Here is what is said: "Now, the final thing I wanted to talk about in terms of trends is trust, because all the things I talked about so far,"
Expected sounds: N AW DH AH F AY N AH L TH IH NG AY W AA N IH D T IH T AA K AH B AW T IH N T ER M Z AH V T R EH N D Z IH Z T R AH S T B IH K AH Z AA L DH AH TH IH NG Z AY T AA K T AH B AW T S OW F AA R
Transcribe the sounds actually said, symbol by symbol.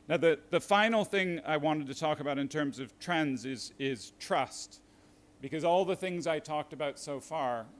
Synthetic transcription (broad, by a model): N AW DH AH F AY N L TH IH NG AY W AA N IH D T IH T AA K AH B AW T IH N T ER M Z AH V T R EH N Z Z IH Z T R AH S T B IH K AH Z AA L DH AH TH IH NG Z AY T AA K T AH B AW T S OW F AA R